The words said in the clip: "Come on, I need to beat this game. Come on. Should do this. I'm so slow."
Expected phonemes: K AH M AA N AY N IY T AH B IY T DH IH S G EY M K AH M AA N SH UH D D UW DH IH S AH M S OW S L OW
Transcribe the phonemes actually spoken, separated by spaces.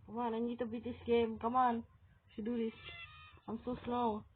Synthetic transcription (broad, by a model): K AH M AA N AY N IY T AH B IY T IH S G EY M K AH M AA N S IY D D UW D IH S AH M S OW S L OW